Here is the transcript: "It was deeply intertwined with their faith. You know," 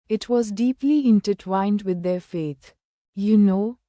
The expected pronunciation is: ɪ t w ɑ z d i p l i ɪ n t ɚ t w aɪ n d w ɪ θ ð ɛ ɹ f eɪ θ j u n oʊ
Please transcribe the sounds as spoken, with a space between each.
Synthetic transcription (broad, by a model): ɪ t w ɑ z d i p l i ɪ n t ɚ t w aɪ n d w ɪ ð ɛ ɹ f eɪ t j u n oʊ